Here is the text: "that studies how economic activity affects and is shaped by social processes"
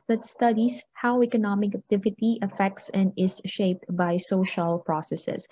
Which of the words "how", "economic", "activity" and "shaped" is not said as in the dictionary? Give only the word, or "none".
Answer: none